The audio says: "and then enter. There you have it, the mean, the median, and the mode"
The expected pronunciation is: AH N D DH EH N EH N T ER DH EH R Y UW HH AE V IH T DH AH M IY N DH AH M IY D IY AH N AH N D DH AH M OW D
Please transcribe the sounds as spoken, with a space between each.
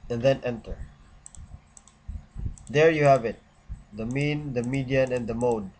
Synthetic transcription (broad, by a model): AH N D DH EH N EH N T ER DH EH R Y UW HH AE V IH T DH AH M IY N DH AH M IY D IY AH N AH N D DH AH M OW D